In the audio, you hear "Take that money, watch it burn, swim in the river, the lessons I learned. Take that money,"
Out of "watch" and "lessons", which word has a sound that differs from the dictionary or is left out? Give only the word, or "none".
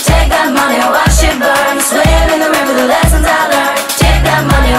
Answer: watch